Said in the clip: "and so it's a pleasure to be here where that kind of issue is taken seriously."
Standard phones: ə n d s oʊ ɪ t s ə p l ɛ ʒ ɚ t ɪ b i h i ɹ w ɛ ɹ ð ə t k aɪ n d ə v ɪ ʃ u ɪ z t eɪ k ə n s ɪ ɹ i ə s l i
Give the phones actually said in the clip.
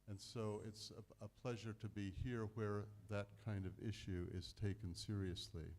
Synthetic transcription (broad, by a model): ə n s oʊ ɪ t s ə p l ɛ ʒ ɚ t ɪ b i h i ɹ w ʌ ɹ ð ə t k aɪ n d ə v ɪ ʃ u ɪ z t eɪ k ə n s ɪ ɹ i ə s l i